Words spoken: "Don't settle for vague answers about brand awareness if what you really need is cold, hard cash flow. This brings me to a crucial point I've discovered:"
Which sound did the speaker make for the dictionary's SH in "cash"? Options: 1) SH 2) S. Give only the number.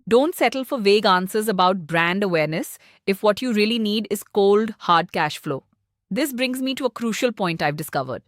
1